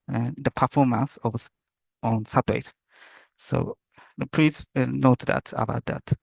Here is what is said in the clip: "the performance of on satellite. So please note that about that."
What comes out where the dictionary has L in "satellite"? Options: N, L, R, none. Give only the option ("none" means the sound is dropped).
none